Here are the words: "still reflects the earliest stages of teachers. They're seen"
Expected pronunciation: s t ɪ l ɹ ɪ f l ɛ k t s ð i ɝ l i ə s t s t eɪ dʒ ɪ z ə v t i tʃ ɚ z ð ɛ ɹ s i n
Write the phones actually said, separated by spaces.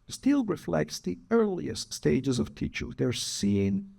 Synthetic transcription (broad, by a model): s t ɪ l ɹ ɪ f l ɛ k t s ð i ɝ l i ə s t s t eɪ dʒ ɪ z ə v t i tʃ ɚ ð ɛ ɹ s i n